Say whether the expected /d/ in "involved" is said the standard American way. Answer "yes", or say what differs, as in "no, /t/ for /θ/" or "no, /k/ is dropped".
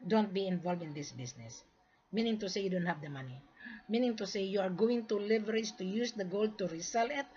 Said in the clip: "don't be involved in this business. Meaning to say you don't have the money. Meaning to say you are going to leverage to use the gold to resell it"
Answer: no, /d/ is dropped